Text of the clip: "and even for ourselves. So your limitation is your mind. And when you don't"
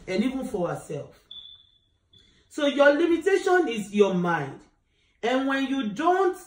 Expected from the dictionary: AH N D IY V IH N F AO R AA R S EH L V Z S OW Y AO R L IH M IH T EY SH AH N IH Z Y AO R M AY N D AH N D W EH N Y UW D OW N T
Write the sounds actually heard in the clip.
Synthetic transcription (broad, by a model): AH N IY V IH N F AO W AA S EH L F S OW Y AO L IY M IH T EY SH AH N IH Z Y AO M AY N D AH N W EH N Y UW D OW N T